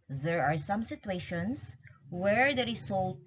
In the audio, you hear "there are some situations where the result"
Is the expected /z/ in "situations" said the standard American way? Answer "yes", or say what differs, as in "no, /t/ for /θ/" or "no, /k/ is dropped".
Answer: no, /s/ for /z/